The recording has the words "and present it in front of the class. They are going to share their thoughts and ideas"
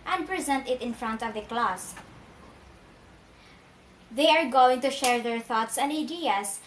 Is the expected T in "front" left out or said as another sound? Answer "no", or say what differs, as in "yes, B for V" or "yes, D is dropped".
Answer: no